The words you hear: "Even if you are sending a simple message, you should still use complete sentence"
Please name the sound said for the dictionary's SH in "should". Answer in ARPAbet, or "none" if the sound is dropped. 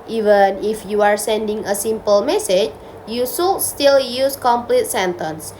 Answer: S